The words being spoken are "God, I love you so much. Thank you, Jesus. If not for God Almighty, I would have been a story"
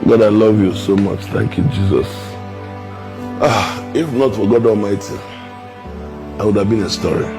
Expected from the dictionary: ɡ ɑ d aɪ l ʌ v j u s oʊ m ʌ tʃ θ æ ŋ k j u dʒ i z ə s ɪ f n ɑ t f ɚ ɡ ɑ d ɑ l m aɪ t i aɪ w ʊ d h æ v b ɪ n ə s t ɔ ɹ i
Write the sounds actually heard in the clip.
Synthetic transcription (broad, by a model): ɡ ɑ d aɪ l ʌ v j u s oʊ m ʌ tʃ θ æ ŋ k j u dʒ i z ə s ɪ f n ɑ t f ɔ ɡ ɑ d ɑ l m aɪ t i aɪ w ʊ d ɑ v b ɪ n ə s t ɔ ɹ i